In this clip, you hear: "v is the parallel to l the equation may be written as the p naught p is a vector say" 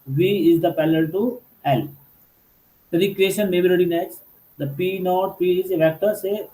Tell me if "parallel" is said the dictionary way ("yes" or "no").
no